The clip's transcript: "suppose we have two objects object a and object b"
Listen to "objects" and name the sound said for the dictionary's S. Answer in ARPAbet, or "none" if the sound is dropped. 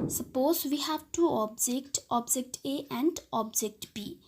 none